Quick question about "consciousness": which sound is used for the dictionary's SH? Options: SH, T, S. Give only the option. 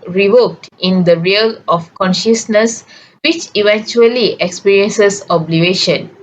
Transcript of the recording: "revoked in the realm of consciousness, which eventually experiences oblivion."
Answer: SH